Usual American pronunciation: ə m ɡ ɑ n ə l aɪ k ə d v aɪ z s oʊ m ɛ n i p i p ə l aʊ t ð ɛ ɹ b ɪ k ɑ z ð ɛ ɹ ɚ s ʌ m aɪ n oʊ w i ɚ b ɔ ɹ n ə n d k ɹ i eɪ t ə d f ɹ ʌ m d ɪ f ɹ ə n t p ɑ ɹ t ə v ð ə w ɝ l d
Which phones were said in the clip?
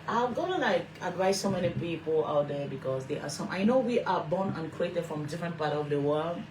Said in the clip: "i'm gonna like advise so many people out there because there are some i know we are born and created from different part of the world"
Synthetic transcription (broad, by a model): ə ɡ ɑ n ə n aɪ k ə d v aɪ s oʊ m ɛ n i p i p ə l aʊ t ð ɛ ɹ b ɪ k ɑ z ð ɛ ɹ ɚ s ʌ m aɪ n oʊ w i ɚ b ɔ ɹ n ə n k ɹ i eɪ t ə d f ɹ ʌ m d ɪ f ɹ ə n t p ɑ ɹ t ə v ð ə w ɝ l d